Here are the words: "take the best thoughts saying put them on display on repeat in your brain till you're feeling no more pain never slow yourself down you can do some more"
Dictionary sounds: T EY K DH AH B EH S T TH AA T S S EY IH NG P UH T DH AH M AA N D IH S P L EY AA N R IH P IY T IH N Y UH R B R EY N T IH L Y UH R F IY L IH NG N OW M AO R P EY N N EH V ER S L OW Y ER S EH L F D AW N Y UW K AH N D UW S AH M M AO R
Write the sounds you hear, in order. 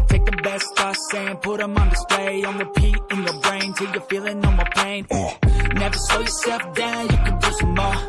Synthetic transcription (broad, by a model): T EY K DH AH B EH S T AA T S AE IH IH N P UH T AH M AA N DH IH S P L EY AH N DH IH P IY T IH N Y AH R B R EY N T IH L Y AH R F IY L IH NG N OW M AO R P EY N N EH V ER S OW Y ER S EH L F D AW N Y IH K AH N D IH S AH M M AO